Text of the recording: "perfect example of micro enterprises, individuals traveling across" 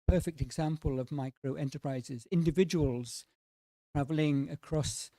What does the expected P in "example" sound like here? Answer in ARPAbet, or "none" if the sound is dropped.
P